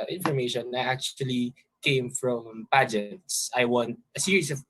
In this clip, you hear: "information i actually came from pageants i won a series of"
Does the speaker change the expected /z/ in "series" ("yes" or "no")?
yes